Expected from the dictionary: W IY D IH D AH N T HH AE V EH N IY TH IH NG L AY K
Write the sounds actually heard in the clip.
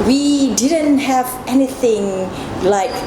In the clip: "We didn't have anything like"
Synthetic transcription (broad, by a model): W IY D IH D AH N T HH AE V EH N IY TH IH NG L AY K